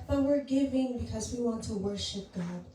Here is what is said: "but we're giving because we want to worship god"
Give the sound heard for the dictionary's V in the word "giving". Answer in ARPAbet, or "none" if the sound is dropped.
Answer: V